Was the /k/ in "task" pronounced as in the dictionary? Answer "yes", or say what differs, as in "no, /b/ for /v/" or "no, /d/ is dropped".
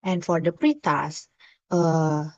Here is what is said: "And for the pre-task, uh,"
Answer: no, /k/ is dropped